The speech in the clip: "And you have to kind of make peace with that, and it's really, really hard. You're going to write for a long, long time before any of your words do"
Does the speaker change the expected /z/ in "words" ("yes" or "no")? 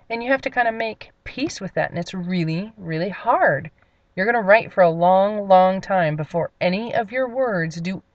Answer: no